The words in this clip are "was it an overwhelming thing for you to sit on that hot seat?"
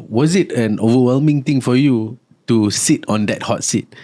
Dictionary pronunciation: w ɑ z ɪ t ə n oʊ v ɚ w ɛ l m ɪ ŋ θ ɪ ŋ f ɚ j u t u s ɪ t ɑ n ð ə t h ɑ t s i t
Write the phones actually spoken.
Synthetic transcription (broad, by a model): w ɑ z ɪ t ə n oʊ v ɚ w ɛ l m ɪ ŋ t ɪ ŋ f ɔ j u t u s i t ɑ n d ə t h ɑ t s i t